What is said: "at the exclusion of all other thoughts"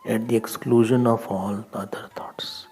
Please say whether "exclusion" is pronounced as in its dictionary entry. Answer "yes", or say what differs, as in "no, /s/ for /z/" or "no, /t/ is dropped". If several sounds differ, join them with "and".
yes